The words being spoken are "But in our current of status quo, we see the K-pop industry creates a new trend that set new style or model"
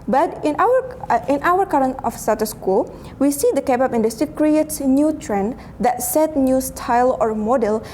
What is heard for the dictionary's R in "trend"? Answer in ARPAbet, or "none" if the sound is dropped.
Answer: R